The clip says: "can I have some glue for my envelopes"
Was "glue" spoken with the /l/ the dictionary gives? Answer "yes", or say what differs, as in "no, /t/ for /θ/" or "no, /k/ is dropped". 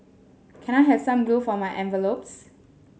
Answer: no, /l/ is dropped